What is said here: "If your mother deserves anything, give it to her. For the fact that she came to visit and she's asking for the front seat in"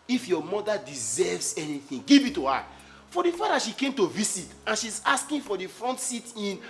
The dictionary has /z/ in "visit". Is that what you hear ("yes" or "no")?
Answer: no